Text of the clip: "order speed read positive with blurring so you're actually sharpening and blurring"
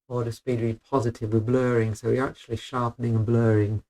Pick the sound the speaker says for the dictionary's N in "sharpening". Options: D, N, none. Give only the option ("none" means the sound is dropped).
N